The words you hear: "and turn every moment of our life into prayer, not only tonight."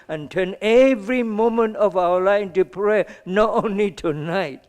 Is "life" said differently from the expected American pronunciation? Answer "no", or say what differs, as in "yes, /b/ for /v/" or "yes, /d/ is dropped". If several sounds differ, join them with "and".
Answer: yes, /f/ is dropped